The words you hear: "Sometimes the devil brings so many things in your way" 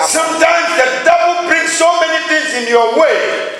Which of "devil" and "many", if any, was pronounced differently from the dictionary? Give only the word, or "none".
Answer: devil